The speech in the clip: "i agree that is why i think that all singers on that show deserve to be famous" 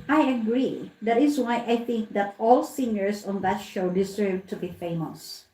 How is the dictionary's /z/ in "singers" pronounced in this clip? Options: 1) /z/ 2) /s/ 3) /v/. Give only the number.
2